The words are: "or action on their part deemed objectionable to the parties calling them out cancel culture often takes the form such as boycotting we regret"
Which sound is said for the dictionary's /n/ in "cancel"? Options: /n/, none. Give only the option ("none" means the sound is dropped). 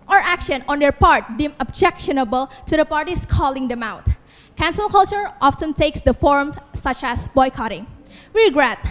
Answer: /n/